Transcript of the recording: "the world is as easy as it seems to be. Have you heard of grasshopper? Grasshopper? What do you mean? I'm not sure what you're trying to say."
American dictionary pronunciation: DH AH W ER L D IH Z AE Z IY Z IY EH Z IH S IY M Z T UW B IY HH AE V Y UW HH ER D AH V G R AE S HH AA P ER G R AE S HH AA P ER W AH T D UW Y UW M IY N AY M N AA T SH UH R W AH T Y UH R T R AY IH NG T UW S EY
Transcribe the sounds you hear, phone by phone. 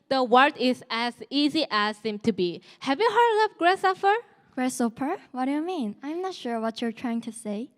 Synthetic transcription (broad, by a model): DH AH W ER D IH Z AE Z IY Z IY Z IH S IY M T UW B IY HH AE V Y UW HH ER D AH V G R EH S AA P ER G R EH S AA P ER W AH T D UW Y UW M IY N AY M N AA T SH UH R W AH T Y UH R T R AY IH NG T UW S EY